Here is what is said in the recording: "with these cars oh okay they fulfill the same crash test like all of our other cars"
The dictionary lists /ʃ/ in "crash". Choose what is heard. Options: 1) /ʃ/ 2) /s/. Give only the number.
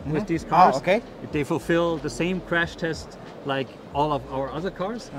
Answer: 1